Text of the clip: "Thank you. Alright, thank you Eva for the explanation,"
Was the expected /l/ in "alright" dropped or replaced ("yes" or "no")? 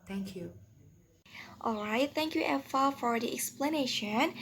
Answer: no